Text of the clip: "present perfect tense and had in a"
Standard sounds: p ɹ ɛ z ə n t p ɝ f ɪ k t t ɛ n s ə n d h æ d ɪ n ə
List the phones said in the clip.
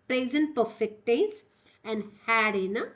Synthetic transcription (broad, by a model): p ɹ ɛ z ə n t p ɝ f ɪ k t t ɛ s ə n d h æ d ɪ n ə